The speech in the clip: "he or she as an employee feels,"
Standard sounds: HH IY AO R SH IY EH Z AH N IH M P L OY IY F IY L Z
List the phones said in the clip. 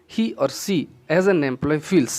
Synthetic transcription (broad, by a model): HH IY AO R S IY EH Z AH N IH M P L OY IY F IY L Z